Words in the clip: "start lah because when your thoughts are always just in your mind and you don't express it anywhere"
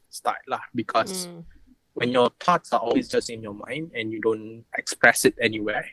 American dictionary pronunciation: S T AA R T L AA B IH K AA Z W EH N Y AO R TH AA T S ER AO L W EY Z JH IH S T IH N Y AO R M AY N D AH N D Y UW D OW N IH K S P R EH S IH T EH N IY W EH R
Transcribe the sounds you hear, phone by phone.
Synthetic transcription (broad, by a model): S T AA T L AA B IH K AA S W EH N Y AO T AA T S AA AO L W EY S JH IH S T IH N Y AO M AY N D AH N Y UW D OW N IH K S P R EH S IH T EH N IY W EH